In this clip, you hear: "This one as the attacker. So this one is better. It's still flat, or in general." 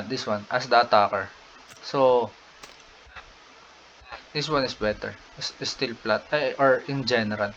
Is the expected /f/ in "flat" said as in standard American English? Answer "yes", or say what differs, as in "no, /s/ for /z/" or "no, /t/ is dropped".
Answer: no, /p/ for /f/